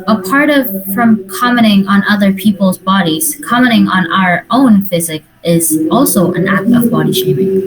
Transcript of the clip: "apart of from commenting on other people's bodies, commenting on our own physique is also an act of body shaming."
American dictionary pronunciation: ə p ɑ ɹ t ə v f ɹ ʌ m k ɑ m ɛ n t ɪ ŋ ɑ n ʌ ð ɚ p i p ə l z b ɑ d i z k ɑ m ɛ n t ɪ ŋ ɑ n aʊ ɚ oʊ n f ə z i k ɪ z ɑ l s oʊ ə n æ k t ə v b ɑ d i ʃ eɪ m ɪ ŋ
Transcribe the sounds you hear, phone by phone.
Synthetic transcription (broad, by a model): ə p ɑ ɹ t ə v f ɹ ʌ m k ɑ m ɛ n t ɪ ŋ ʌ n ʌ ð ɚ p i p l z b ɑ d i z k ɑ m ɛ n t ɪ ŋ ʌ n aʊ ɚ oʊ n f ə z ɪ k ɪ z ɑ l s oʊ ə n æ k t ə v b ɑ d i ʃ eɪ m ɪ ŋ